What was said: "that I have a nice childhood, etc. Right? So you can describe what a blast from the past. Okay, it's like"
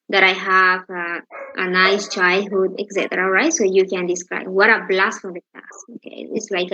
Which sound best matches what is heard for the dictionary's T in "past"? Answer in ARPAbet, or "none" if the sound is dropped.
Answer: none